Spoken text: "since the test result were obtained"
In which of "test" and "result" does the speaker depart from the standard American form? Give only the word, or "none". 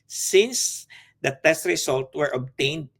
result